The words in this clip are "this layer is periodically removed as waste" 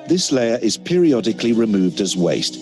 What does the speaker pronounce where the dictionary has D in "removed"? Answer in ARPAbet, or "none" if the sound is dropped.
D